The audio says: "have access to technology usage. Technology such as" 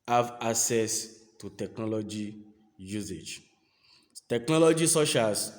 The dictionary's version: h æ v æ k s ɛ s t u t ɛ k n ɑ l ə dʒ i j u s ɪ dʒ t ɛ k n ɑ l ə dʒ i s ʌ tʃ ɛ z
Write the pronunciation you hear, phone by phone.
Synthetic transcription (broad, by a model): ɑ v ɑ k s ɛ s t u t ɛ k n ɑ l ə dʒ i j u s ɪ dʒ t ɛ k n ɑ l ə dʒ i s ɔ ʃ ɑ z